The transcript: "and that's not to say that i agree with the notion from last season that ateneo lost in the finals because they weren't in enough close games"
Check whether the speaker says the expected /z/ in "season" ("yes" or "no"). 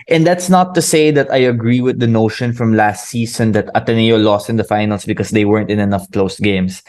no